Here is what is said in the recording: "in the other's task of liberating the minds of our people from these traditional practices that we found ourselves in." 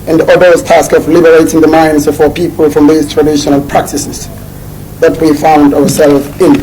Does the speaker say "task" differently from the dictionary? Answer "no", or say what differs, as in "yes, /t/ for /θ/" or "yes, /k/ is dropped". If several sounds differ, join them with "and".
no